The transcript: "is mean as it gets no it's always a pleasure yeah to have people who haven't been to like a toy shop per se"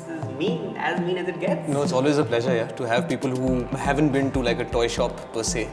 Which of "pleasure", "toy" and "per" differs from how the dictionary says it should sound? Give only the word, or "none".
none